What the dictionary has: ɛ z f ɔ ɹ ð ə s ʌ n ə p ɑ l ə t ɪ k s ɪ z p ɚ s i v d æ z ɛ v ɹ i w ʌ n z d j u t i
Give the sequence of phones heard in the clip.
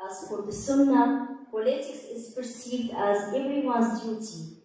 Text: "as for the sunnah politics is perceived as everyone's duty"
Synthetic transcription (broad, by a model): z f ɔ ɹ ð ə s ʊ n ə p ɑ l ə t ɪ k s ɪ z p ɚ s i v d æ z ɛ v ɹ i w ʌ n z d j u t i